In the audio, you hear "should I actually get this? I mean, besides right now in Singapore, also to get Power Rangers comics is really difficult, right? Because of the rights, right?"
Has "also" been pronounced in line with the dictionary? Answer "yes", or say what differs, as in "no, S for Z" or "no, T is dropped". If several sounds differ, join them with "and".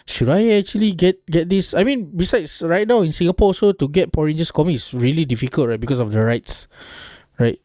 no, L is dropped